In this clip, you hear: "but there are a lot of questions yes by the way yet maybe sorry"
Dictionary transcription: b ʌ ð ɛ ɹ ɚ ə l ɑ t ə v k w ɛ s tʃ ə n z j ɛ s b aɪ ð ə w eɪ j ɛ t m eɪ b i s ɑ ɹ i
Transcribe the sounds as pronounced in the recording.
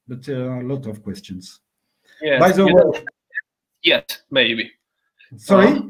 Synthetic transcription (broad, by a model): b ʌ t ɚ ə l ɑ t ə v k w ɛ s tʃ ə n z j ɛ b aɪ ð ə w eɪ j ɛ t m eɪ b i s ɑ ɹ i